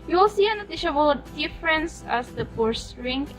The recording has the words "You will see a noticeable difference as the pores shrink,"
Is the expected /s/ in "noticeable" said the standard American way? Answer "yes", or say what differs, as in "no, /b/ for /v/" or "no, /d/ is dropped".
no, /ʃ/ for /s/